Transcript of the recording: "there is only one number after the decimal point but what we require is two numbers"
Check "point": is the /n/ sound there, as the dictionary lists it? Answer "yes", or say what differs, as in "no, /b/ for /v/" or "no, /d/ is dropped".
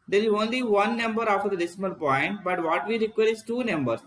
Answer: yes